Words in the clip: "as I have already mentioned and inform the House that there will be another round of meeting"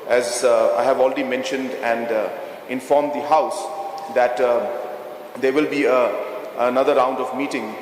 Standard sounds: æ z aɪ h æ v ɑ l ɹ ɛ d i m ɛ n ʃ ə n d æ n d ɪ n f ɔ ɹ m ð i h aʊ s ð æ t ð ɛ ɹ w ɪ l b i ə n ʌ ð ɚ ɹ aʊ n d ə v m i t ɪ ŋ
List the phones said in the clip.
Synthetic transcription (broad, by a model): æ z aɪ h æ v ɑ l ɹ ɛ d i m ɛ n ʃ ə n d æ n d ɪ n f ɔ ɹ m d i h aʊ s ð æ t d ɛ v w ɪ l b i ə n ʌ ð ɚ ɹ aʊ n d ə v m i t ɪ ŋ